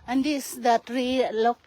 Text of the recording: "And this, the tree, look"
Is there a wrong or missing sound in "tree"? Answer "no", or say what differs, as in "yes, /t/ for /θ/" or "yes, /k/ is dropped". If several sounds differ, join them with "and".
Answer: no